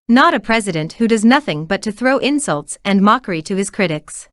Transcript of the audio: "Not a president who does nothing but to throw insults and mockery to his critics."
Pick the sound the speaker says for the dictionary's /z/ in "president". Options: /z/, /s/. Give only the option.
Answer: /z/